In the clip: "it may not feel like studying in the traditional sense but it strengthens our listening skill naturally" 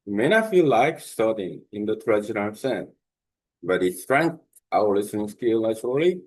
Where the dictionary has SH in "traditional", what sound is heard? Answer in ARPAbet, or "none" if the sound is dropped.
none